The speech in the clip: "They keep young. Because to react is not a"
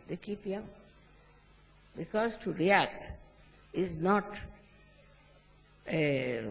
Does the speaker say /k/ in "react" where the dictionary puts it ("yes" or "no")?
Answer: yes